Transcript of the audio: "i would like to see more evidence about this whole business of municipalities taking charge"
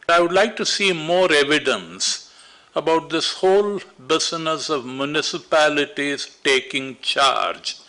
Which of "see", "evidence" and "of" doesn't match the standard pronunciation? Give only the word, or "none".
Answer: none